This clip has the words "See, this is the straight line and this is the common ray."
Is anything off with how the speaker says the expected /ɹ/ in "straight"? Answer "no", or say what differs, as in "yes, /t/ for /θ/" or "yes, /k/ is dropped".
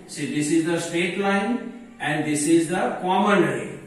yes, /ɹ/ is dropped